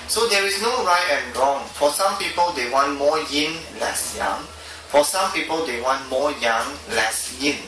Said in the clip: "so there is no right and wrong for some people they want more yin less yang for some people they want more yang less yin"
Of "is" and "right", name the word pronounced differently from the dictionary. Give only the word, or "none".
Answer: is